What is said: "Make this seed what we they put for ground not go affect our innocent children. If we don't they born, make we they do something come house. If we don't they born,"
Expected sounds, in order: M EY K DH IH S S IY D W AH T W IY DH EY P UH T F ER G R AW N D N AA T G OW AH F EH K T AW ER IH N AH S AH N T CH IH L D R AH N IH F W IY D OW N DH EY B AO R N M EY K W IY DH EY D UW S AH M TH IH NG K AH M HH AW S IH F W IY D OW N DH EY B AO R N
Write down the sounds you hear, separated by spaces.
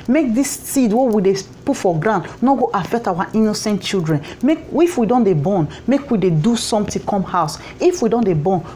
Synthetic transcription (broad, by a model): M EY K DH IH S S IY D W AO W IY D EY P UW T F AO G R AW N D N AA G OW AH F EH K T AW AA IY N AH S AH N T CH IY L D R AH N IH F W IY D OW N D EY B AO N M EY K W IY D EY D UW S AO M T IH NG K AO M HH AW S IH F W IY D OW N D EY B AO N